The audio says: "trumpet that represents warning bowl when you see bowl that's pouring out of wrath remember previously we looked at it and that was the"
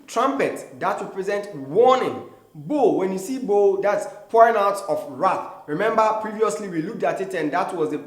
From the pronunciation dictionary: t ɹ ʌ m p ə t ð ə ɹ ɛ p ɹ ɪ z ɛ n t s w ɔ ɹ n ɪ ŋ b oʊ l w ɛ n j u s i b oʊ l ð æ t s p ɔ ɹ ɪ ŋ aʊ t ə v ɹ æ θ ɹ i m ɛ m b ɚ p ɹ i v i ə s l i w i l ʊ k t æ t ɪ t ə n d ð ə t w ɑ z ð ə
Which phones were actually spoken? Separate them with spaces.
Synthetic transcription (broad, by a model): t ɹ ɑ m p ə t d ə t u p ɹ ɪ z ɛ n t w ɔ n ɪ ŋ b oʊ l w ɛ n j u s i b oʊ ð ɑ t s p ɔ ɹ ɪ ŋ aʊ t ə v ɹ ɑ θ ɹ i m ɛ m b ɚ p ɹ i v i ə s l i w i l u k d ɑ t ɪ t ə n d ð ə t w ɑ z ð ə